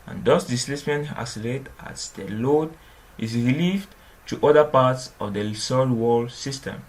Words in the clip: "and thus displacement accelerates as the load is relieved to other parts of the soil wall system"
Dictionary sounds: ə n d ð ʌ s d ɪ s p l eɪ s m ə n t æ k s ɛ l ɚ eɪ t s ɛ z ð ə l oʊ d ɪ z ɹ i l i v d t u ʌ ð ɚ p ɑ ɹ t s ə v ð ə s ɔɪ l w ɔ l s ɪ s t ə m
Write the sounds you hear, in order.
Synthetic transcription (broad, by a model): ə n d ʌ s d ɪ s l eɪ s m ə n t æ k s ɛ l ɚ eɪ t ɑ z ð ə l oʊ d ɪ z ɹ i l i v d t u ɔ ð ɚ p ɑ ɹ t s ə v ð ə s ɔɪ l w ɔ l s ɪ s t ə m